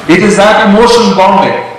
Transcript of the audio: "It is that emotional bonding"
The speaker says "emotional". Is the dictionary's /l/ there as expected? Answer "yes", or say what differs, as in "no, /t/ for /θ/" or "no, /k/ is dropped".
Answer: no, /n/ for /l/